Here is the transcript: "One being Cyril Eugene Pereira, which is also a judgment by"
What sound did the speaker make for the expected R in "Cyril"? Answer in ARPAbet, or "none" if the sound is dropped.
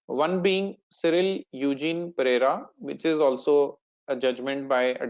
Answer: R